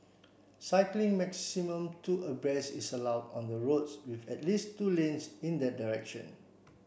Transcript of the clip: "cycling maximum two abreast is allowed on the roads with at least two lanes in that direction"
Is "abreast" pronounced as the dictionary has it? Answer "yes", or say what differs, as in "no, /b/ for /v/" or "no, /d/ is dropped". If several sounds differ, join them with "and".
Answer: no, /t/ is dropped